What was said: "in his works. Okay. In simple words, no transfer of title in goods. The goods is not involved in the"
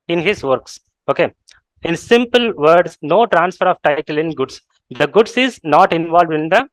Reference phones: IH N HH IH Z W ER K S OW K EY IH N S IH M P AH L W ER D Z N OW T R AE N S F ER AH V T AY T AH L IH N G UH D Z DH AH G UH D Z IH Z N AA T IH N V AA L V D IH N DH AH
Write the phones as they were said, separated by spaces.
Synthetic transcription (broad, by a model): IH N HH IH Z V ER K S OW K EY IH N S IH M P AH L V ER D S N OW T R AE N S F ER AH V T AY T AH L IH N G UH D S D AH G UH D S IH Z N AA T IH N V AA L V D IH N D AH